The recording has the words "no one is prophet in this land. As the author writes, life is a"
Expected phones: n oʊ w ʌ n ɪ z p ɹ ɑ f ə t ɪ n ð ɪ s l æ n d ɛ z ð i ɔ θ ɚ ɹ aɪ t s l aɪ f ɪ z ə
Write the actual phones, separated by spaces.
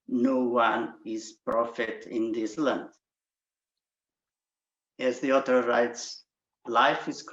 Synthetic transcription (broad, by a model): n oʊ w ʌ n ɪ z p ɹ ɑ f ə t ɪ n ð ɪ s l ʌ n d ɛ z ð i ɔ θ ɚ ɹ aɪ t s l aɪ f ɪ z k